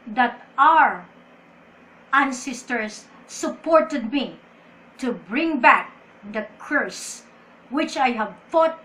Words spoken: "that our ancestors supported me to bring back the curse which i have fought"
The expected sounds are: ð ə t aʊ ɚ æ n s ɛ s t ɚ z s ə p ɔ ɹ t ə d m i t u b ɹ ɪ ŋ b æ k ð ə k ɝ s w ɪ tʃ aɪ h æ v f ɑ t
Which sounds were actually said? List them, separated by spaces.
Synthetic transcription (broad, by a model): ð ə t aʊ ɚ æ n s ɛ s t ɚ s ə p ɔ ɹ t ə d m i t u b ɹ ɪ ŋ b æ k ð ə k ɝ s w ɪ tʃ aɪ h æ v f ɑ t